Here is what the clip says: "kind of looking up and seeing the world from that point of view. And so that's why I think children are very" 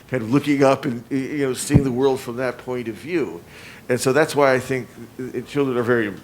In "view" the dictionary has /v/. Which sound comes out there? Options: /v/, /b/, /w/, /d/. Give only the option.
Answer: /v/